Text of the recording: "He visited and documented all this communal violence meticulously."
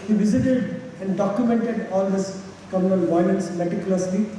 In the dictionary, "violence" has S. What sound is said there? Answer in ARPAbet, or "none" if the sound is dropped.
S